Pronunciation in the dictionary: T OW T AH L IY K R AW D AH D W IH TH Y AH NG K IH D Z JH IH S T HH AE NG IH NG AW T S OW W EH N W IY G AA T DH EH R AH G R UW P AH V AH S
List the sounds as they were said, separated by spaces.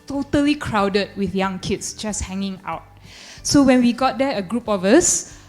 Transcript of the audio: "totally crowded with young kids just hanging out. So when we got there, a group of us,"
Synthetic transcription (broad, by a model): T OW T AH L IY K R AW D AH D W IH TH Y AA NG K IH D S JH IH S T HH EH NG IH NG AW T S OW W EH N W IY G AA T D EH AH G R UW P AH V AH S